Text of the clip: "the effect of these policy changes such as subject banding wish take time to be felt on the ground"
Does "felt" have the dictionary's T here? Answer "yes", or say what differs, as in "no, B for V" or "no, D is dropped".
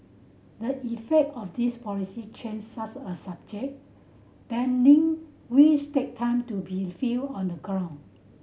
no, T is dropped